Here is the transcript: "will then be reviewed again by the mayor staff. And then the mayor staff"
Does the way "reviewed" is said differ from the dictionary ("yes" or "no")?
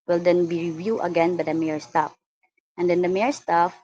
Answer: yes